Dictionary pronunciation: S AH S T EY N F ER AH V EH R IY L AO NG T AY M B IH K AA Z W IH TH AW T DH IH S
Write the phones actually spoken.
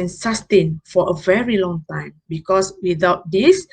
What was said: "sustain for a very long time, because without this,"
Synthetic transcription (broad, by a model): S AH S T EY N F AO AH V EH R IY L AO NG T AY M B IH K AA S W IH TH AW T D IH S